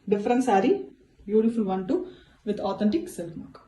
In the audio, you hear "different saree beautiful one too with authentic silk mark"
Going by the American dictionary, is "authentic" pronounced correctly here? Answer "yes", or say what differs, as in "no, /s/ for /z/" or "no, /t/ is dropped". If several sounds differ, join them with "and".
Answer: no, /t/ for /θ/